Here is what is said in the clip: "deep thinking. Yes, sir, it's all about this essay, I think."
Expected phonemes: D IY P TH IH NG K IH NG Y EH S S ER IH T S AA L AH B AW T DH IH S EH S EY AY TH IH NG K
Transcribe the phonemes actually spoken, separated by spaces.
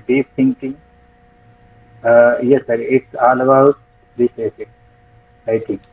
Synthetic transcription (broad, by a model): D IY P T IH NG K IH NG Y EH S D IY IH T S AA L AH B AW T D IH S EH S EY AY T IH NG K